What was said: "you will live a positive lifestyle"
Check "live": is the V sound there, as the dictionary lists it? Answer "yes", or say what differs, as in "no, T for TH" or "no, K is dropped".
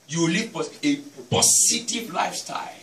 no, V is dropped